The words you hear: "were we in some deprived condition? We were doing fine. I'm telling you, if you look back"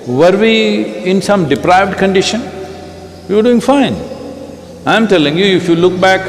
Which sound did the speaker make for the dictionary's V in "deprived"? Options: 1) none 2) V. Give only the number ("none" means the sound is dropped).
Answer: 2